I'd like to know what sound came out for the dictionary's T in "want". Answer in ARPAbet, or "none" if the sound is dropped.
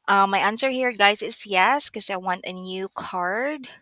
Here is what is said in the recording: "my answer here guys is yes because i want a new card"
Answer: T